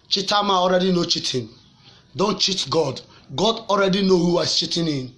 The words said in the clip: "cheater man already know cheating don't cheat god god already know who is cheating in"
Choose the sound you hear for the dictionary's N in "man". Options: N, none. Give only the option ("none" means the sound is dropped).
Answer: none